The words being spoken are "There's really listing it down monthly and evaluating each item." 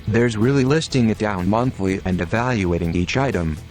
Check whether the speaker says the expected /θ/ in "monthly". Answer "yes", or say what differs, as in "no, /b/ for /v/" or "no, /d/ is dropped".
yes